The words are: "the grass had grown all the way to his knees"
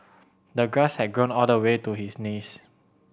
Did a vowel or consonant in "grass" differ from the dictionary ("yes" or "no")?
yes